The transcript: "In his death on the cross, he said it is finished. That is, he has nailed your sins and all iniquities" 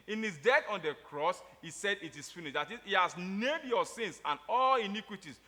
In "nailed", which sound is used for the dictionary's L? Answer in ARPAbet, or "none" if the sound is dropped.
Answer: none